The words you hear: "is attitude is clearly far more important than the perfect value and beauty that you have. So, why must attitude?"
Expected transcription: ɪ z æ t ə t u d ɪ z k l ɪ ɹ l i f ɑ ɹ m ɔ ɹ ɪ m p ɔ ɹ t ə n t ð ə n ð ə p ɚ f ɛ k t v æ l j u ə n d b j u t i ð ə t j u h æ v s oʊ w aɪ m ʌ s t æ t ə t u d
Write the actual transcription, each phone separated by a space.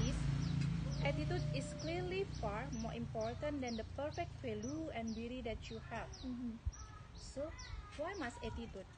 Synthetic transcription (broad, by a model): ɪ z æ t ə t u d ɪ s k l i ɹ l i f ɑ ɹ m ɔ ɹ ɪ m p ɔ ɹ t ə n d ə n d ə p ɚ f ɛ k t f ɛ l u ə n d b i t i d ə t j u h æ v s oʊ w aɪ m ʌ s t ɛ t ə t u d